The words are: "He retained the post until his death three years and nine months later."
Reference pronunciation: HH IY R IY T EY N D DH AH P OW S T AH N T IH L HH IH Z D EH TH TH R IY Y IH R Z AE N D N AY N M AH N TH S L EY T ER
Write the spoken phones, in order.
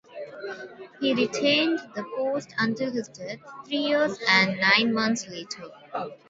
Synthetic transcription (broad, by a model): HH IY R IY T EY N D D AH P OW S T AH N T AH HH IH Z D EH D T R IY Y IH R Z AE N D N AY N M AH N T S L EY T ER